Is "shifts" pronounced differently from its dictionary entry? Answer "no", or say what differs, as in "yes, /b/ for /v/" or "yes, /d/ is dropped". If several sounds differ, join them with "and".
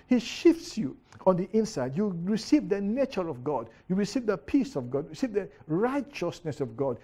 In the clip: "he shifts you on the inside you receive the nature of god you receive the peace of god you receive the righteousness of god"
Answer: no